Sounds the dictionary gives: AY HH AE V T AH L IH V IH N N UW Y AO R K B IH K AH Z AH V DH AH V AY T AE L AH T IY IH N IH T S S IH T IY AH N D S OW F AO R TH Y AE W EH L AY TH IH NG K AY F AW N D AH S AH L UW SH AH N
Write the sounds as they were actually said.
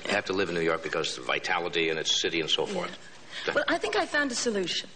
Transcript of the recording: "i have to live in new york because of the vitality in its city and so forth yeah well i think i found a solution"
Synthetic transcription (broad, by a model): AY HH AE F T AH L IH V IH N N UW Y AO R K B IH K AH Z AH V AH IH T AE L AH T IY IH N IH T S S IH T IY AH N S OW F AO R TH W EH L AY TH IH NG K AY F AW N D AH S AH L UW SH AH N